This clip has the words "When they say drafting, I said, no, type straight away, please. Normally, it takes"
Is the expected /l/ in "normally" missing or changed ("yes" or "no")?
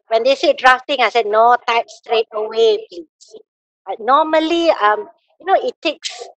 yes